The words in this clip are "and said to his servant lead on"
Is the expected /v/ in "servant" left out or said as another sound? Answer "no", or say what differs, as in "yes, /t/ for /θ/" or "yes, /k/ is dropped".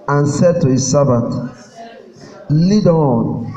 yes, /b/ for /v/